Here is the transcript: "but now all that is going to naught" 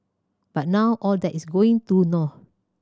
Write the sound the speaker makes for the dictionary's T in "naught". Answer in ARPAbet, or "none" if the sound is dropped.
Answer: none